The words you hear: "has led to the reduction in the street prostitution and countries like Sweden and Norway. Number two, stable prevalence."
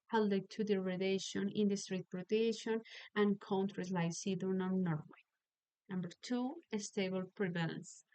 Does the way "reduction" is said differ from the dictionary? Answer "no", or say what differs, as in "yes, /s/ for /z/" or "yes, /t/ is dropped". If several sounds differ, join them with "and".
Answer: yes, /k/ is dropped